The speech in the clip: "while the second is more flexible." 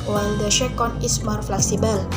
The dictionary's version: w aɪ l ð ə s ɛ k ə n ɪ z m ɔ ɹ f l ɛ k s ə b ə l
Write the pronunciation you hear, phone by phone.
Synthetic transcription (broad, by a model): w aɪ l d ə ʃ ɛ k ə n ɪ s m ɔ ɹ f l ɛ k s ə b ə l